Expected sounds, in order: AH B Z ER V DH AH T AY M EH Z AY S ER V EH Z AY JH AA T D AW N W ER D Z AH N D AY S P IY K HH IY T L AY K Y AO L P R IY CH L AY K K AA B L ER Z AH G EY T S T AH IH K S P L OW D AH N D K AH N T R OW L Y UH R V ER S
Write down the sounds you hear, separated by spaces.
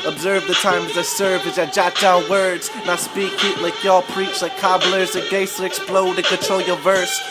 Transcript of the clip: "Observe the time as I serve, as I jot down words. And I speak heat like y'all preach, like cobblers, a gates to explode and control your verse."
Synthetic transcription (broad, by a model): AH B Z ER V DH AH T AY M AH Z AY S ER V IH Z AY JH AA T D AW N W ER D Z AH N AY S P IY K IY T L AY K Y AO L P R IY CH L AY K K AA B L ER Z AH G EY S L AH IH K S P L OW D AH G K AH T OW L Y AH V ER S